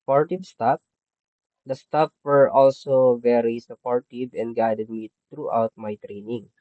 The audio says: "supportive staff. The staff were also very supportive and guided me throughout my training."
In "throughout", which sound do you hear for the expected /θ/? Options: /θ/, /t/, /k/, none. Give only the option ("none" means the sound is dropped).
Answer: /t/